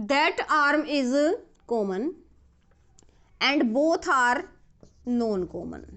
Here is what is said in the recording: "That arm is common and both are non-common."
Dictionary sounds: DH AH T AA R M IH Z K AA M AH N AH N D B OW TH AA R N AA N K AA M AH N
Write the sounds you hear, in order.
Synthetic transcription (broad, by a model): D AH T AA R M IH Z K AA M AH N AH N D B OW T AA R N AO N K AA M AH N